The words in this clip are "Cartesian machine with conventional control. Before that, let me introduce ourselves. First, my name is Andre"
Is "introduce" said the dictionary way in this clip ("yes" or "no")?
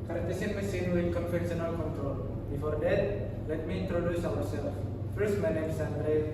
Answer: yes